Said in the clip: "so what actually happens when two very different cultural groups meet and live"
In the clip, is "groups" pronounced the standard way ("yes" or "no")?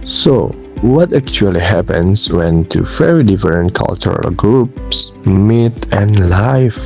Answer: yes